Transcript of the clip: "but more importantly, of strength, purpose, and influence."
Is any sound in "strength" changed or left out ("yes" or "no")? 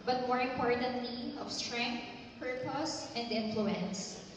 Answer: yes